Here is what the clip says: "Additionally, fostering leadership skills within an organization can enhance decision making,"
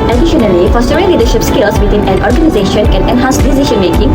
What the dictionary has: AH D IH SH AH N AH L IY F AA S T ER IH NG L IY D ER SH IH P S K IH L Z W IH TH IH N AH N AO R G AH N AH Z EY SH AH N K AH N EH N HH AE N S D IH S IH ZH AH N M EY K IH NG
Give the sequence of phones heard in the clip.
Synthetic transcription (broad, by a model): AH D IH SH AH N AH L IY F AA S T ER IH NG L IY D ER SH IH P S K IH L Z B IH T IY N AH N AO R G AH N AH Z EY SH AH N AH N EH N HH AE N S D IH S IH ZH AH N M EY K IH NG